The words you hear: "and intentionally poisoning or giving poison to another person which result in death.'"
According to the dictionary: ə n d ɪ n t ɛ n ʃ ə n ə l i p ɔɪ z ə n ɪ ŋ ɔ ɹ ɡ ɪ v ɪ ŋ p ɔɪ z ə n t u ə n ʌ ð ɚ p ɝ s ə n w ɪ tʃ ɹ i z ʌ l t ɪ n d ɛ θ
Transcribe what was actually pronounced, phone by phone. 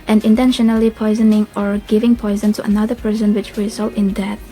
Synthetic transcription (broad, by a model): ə n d ɪ n t ɛ n ʃ ə n ə l i p ɔɪ z ə n ɪ ŋ ɔ ɹ ɡ ɪ v ɪ ŋ p ɔɪ z ə n t u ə n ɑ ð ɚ p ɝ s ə n w ɪ tʃ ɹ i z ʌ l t ɪ n d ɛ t